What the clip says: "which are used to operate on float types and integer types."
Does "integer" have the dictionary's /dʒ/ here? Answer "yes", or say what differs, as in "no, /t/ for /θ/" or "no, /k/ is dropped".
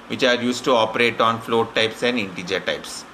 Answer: yes